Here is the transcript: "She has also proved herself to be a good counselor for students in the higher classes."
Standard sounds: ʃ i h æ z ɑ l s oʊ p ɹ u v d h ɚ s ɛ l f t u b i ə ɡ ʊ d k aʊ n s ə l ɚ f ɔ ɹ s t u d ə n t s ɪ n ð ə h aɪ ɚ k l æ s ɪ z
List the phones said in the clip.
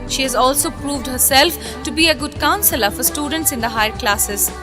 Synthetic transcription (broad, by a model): ʃ i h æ z ɑ l s oʊ p ɹ u v d h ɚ s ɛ l f t u b i ə ɡ ʊ d k aʊ n s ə l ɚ f ɔ ɹ s t u d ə n t s ɪ n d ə h aɪ ɚ k l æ s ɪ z